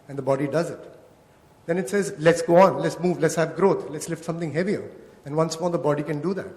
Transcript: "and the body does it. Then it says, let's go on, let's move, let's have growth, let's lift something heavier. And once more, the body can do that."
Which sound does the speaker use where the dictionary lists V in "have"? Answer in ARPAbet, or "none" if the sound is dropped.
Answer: V